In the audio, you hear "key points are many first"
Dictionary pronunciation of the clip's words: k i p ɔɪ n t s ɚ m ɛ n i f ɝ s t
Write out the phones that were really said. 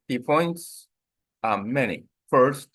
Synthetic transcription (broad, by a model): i p ɔɪ n t s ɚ m ɛ n i f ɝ s t